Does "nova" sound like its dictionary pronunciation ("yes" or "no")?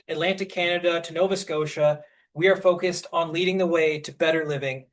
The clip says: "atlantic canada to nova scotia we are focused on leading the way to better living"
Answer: yes